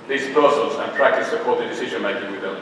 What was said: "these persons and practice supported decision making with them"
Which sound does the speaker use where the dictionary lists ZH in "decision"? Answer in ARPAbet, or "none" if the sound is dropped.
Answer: ZH